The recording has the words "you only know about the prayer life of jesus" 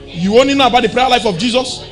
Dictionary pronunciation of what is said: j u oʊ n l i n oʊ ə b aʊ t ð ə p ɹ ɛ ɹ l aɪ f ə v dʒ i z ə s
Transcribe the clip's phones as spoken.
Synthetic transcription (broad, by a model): j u oʊ n l i n oʊ ə b aʊ t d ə p ɹ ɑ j l aɪ f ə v dʒ i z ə s